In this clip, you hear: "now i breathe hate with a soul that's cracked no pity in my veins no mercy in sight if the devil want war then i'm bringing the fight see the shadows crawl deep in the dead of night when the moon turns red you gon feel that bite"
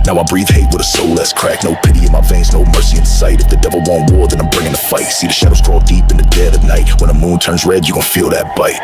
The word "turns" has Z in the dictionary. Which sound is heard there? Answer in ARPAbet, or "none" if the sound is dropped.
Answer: Z